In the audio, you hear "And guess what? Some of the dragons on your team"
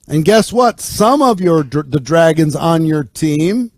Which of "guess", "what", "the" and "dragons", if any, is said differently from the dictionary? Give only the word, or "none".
none